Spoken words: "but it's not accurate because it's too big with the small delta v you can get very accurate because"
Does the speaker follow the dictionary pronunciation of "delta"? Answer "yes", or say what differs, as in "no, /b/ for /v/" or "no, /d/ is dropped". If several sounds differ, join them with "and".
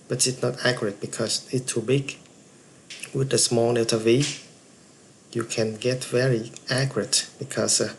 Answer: no, /l/ is dropped